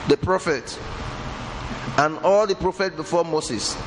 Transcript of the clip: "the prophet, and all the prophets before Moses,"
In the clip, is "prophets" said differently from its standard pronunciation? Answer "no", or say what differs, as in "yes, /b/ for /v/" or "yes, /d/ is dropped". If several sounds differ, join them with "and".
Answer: yes, /s/ is dropped